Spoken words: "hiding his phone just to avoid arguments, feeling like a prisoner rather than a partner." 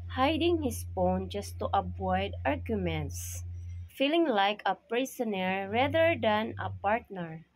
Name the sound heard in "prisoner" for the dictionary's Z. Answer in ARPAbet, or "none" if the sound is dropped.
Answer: S